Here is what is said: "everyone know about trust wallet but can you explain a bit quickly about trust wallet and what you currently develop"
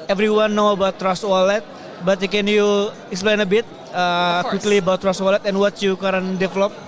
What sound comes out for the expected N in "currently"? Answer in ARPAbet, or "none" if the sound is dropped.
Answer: none